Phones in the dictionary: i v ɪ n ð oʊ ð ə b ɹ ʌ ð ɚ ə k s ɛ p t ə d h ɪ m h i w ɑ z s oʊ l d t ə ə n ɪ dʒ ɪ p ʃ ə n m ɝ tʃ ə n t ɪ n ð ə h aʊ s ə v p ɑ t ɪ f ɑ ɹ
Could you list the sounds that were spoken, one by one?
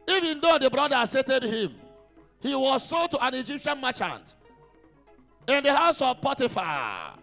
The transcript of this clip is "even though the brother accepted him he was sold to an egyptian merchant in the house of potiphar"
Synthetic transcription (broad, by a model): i v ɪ n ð oʊ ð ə b ɹ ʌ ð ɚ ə s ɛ t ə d h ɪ m h i w ɑ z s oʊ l t ə ə n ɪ dʒ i p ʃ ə n m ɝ tʃ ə n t ɪ n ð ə h aʊ s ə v p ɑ t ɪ f ɑ